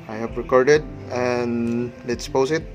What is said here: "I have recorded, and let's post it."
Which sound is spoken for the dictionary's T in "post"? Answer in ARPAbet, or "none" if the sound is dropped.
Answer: none